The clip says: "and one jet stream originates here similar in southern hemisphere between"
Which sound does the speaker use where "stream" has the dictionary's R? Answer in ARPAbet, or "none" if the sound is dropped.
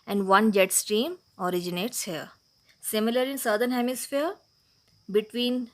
R